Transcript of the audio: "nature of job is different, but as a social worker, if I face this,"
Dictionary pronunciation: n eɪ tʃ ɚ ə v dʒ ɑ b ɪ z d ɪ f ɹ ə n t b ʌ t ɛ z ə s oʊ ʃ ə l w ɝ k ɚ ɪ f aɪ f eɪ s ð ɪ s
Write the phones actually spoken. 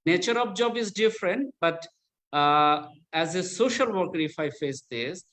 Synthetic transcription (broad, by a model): n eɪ tʃ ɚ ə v dʒ ɑ b ɪ z d ɪ f ɹ ə n t b ʌ t ɛ z ə s oʊ ʃ ə l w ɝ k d ɪ f aɪ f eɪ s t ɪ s